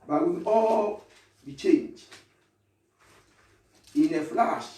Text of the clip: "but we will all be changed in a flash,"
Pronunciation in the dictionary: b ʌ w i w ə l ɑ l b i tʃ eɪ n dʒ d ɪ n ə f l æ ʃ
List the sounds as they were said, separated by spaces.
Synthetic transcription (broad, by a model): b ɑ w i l ɑ l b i tʃ eɪ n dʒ ɪ n ə f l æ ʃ